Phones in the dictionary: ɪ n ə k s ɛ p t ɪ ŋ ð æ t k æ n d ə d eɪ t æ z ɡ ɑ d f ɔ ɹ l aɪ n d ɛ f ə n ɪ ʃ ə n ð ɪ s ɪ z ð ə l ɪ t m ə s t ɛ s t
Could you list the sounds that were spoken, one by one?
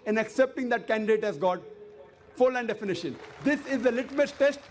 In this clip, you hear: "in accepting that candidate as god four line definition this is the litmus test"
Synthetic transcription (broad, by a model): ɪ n ə k s ɛ p t ɪ ŋ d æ t k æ n d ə d eɪ t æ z ɡ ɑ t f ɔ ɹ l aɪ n d ɛ f ə n ɪ ʃ ə n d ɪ s ɪ z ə l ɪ t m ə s t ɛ s t